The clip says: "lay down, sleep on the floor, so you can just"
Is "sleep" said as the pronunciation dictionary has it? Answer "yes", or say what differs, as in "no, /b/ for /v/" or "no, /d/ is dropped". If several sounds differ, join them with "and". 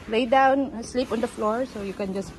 yes